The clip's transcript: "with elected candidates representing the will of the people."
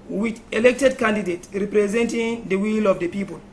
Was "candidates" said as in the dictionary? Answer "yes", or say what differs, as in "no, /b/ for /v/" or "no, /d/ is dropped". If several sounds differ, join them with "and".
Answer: no, /s/ is dropped